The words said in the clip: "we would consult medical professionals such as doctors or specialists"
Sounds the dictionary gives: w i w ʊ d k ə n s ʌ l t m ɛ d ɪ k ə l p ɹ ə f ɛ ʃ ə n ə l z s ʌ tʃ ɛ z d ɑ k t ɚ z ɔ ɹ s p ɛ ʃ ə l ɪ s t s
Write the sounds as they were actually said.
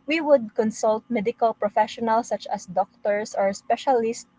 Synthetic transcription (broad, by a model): w i w ʊ d k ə n s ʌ l t m ɛ d ɪ k ə l p ɹ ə f ɛ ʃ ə n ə l s ʌ tʃ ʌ s d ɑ k t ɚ s ɔ ɹ s p ɛ ʃ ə l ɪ s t